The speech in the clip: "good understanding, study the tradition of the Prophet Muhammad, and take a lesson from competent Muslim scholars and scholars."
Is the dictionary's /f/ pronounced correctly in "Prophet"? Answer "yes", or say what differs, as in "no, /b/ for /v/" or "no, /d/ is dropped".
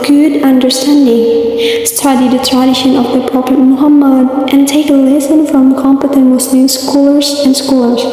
no, /p/ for /f/